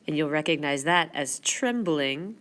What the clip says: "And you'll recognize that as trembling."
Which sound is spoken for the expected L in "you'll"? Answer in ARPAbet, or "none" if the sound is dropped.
L